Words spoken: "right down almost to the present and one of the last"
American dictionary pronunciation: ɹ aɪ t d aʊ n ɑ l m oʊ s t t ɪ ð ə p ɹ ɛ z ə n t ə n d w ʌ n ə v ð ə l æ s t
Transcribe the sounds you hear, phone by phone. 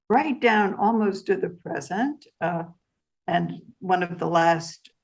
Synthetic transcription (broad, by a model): ɹ aɪ t d aʊ n ɑ l m oʊ s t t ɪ ð ə p ɹ ɛ z ə n t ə n w ʌ n ə v ð ə l æ s t